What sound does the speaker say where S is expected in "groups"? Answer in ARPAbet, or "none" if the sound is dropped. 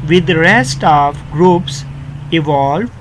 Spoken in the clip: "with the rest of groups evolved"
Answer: S